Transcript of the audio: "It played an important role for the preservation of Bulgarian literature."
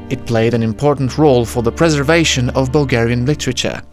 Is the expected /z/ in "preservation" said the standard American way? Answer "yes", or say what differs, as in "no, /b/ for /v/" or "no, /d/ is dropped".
yes